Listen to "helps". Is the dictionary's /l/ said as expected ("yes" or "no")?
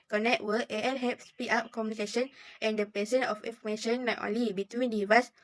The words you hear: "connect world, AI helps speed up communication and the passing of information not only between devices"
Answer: no